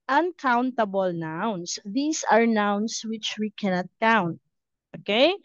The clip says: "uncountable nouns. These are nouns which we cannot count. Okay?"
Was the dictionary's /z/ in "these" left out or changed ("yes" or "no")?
yes